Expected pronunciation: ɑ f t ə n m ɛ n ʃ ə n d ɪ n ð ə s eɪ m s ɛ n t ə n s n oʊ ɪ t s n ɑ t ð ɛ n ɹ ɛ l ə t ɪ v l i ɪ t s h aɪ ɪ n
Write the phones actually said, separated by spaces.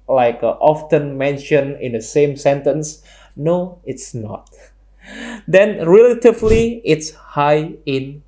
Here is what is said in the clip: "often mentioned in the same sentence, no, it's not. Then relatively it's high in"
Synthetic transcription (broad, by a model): ɑ f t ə n m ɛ n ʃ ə n ɪ n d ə s eɪ m s ɛ n t ə n s n oʊ ɪ t s n ɑ t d ɛ n ɹ ɛ l ə t ɪ v l i ɪ t s h aɪ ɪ n